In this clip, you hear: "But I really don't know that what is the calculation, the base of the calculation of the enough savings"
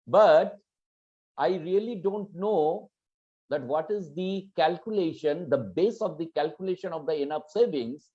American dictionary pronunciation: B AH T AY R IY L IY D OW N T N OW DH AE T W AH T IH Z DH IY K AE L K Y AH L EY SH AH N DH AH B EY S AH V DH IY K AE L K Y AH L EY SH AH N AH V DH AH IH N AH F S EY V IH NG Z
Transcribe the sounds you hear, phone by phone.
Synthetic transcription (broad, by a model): B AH T AY R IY L IY D OW N T N OW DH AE T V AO T IH Z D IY K AE L K Y AH L EY SH AH N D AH B EY S AH V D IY K AE L K Y AH L EY SH AH N AH V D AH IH N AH P S EY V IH NG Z